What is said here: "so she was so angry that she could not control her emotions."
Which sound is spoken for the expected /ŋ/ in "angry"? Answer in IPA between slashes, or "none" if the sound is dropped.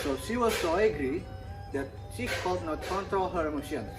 none